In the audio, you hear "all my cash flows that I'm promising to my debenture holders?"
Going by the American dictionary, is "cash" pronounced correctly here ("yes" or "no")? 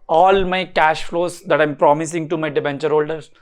yes